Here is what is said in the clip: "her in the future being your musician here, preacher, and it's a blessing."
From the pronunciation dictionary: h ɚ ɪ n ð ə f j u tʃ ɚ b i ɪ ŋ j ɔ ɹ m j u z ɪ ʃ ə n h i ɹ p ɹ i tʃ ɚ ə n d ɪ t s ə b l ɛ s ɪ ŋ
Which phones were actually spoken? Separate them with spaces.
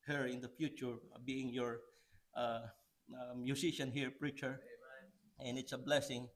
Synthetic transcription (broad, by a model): h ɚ ɪ n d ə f j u tʃ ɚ b i ɪ ŋ j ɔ ɹ m j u s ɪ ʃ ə n h i ɹ p ɹ i tʃ ɚ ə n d ɪ t s ə b l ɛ s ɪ ŋ